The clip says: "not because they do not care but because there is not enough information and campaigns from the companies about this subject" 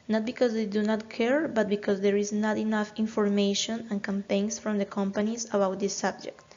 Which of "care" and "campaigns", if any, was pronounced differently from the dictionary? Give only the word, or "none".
campaigns